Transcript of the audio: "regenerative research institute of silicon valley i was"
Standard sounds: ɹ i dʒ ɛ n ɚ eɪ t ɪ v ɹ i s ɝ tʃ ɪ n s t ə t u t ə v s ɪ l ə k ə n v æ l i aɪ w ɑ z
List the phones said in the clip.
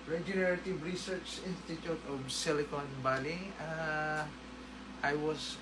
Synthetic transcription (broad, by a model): ɹ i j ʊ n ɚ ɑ t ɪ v ɹ i s ɝ tʃ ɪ n s t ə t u t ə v s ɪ l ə k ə n b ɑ l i aɪ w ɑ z